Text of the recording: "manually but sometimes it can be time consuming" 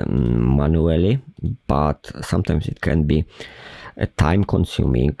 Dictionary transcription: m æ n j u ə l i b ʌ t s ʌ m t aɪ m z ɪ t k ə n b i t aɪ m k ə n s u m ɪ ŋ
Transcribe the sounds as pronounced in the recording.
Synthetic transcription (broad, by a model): m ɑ n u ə l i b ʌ t s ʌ m t aɪ m s ɪ t k ə n b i t aɪ m k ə n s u m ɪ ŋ